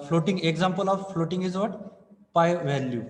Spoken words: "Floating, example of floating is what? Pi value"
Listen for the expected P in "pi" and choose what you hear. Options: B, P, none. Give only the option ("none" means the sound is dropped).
P